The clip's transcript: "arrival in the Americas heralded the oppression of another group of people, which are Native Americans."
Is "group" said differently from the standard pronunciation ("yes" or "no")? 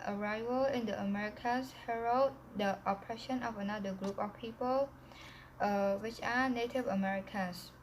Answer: no